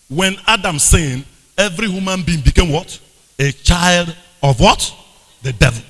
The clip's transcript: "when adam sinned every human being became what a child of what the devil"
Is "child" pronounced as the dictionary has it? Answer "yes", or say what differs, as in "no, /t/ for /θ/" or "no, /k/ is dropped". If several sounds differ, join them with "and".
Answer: yes